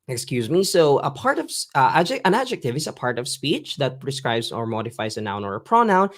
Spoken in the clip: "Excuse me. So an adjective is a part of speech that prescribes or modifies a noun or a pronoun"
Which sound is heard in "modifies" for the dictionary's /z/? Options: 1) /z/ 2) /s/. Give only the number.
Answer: 1